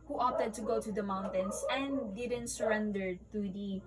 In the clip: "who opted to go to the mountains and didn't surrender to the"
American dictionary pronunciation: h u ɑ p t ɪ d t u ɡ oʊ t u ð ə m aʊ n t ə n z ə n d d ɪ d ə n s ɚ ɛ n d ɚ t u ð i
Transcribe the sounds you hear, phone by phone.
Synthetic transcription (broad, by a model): h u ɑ t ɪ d t u ɡ oʊ t u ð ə m aʊ n t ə n s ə n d d ɪ d ə n s ɚ ɛ n d ɚ t u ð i